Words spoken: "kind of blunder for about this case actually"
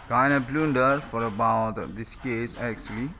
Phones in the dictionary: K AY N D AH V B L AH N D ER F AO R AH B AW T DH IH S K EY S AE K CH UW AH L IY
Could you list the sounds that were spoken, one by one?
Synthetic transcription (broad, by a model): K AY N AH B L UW N D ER F AO R AH B AW T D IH S K EY S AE K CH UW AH L IY